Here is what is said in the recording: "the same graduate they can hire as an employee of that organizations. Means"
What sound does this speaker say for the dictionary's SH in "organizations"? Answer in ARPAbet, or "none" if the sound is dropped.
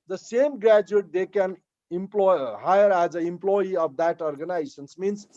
S